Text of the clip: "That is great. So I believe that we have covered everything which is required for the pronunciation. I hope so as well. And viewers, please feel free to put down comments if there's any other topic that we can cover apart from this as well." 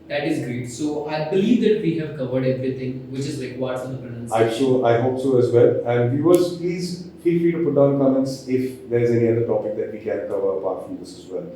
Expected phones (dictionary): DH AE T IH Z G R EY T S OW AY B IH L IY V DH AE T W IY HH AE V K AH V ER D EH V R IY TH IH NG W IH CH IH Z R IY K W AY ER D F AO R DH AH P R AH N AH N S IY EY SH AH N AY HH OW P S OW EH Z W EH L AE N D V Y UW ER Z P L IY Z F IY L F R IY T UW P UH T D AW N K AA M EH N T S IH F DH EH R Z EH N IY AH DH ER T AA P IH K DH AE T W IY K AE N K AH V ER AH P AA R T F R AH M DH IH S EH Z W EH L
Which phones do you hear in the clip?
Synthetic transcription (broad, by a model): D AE T IH Z G R EY T S OW AY B IH L IY V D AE T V IY HH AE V K AH V ER D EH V R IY T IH NG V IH CH IH Z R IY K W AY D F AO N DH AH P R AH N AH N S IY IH S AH AY HH OW P S OW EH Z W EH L AE N D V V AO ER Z P L IY Z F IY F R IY T UW P UH T D AW N K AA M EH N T S IH F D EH R Z EH N IY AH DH ER T AA P IH K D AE T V IY K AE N K AH V ER AH P AA R T F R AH M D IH S EH Z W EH L